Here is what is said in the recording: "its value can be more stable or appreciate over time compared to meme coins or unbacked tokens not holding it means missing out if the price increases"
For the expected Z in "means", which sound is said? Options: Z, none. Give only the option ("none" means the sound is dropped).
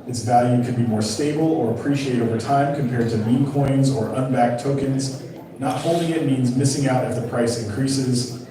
Z